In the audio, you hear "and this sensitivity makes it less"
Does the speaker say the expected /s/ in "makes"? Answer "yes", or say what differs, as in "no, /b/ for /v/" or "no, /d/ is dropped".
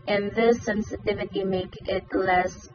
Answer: no, /s/ is dropped